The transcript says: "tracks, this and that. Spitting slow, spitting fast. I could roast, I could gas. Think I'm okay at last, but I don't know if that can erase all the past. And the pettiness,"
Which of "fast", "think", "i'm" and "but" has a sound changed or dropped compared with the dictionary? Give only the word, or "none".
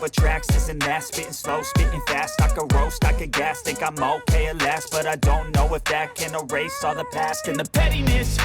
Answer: think